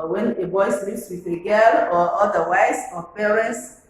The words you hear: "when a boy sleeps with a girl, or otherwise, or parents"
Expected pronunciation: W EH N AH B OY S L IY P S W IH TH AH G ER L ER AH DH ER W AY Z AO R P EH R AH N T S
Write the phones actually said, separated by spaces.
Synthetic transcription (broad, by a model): W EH N AH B OY S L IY F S W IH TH AH G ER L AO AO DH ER W AY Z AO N P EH R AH N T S